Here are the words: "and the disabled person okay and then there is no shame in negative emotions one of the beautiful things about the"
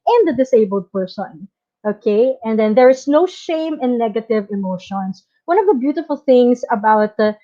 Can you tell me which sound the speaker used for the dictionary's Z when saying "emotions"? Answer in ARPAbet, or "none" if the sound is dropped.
S